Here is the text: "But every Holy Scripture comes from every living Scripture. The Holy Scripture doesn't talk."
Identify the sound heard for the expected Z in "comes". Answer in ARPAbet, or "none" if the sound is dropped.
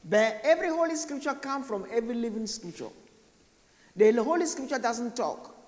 none